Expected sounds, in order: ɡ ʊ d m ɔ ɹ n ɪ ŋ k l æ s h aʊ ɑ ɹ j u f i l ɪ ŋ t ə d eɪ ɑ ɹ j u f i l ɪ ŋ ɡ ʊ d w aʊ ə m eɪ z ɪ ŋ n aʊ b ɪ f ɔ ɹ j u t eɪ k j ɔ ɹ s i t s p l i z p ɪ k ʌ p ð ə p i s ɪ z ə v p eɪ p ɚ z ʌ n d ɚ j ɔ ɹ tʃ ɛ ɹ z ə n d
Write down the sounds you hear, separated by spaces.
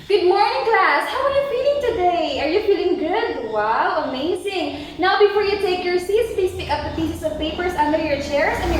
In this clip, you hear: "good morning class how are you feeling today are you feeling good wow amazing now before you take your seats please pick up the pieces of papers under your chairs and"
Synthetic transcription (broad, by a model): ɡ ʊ d m ɔ ɹ n ɪ ŋ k l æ s h aʊ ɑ ɹ j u f i l ɪ ŋ t ə d eɪ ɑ ɹ j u f i l ɪ ŋ ɡ ʊ d w aʊ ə m eɪ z ɪ ŋ n aʊ b ɪ f ɔ ɹ j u t eɪ k j ɔ ɹ s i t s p i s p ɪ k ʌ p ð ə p i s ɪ s ə v p eɪ p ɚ s ʌ n d ɚ j ɔ ɹ tʃ ɛ ɹ s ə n